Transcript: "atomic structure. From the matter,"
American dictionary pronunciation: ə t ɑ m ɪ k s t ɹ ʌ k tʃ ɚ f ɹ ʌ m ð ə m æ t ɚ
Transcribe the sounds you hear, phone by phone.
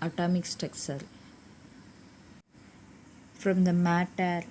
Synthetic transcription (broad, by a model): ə t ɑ m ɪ k s t ɛ k s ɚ f ɹ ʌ m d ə m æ t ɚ